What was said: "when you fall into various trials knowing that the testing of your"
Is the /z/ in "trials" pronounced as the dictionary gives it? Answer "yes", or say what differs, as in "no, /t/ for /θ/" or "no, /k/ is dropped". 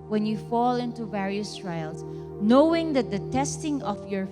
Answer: no, /s/ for /z/